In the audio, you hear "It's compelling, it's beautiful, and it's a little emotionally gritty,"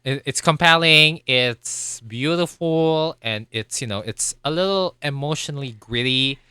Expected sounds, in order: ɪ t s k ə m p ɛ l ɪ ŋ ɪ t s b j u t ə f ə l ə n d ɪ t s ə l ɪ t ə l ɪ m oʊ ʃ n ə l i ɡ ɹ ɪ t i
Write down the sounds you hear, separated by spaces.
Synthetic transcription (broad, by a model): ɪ t s k ə m p ɛ l ɪ ŋ ɪ t s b j u t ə f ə n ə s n ɪ t s ə l ɪ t l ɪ m oʊ ʃ n l i ɡ ɹ ɪ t i